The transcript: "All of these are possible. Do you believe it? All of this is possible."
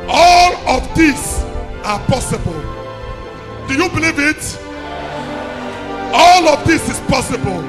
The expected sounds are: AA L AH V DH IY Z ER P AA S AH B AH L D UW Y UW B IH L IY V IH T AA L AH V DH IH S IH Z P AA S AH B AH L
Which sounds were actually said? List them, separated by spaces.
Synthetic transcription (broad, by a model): AA L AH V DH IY S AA P AA S AH B AH L D UW Y UW B IH L IY V IH T AA L AH V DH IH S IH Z P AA S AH B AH L